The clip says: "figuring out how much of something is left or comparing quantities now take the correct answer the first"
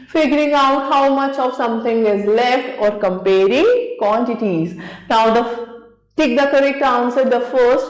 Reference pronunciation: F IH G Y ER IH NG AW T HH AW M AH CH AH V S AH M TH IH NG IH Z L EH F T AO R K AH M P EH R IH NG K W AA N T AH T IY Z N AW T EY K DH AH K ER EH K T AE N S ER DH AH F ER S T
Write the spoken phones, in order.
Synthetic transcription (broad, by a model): F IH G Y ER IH NG AW T HH AW M AH CH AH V S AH M T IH NG IH Z L EH F T AO R K AH M P EH R IH NG K W AA N T AH T IY Z N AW T EY K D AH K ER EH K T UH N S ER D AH F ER S T